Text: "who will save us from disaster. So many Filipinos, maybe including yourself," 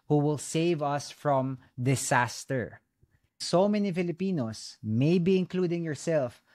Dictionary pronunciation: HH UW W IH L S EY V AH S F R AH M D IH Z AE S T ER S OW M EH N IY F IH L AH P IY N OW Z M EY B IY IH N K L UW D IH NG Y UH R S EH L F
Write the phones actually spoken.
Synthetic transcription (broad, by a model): HH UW W IH L S EY V AH S F R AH M D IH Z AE S T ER S OW M EH N IY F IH L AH P IY N OW S M EY B IY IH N K L UW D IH NG Y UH R S EH L F